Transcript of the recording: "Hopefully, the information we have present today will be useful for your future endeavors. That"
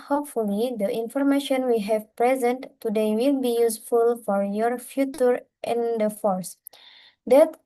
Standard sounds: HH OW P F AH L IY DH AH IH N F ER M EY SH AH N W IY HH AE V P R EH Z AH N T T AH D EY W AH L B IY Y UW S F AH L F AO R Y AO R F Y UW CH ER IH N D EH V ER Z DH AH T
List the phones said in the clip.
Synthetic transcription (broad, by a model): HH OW P F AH L IY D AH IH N F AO M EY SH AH N W IY HH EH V P R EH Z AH N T T AH D EY W AH L B IY Y UW S F AH L F AO R Y AO R F Y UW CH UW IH N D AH F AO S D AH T